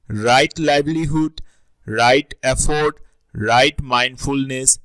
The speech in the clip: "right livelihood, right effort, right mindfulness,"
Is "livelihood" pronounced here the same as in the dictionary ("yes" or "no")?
no